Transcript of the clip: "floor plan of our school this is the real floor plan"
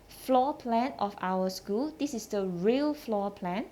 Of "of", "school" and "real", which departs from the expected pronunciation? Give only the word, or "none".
of